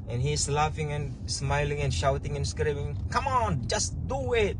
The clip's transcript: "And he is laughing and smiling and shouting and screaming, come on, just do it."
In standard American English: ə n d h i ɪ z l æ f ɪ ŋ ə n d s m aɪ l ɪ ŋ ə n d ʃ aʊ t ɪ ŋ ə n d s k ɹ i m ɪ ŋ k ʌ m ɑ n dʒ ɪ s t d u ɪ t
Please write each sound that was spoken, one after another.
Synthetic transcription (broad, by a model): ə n h i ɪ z l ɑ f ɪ ŋ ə n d s m aɪ l ɪ ŋ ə n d ʃ aʊ t ɪ ŋ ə n s k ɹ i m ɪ ŋ k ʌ m ɑ n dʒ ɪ s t d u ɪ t